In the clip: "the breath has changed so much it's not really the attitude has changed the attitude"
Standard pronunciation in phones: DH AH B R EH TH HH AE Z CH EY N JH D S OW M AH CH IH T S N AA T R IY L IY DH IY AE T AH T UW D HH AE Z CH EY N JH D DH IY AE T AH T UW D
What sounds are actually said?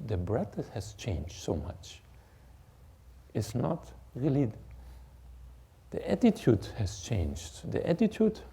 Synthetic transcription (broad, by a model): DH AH B R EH T HH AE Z CH EY N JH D S OW M AH CH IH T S N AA T R IY L IY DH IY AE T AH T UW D HH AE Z CH EY N JH D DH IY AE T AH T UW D